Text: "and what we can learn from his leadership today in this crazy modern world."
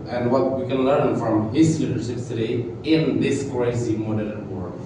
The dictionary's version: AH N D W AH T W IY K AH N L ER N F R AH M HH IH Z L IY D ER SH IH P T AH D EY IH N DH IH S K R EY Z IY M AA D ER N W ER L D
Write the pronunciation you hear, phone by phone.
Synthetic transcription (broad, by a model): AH N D W AH T W IY K AH N L ER N F R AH M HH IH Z L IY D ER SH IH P T AH D EY IH N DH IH S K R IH S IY M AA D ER L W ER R